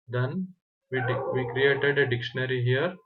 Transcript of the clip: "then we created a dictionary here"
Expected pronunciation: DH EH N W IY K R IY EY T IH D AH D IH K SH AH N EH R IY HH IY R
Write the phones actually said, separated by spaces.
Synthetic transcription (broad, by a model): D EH N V IY K R IY EY T IH D AH D IH K SH AH N EH R IY HH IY R